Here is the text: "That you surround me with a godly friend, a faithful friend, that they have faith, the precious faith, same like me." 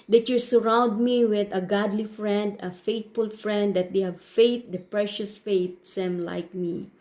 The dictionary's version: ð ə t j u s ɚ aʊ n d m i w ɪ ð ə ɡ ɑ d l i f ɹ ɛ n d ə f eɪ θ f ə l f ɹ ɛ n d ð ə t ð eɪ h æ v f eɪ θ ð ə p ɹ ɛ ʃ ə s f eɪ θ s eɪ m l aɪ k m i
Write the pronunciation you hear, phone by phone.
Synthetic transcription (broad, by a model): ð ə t j u s ɚ aʊ n d m i w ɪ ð ə ɡ ɑ d l i f ɹ ɛ n d ə f eɪ t f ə l f ɹ ɛ n d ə t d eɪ h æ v f eɪ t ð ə p ɹ ɛ ʃ ə s f eɪ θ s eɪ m l aɪ k m i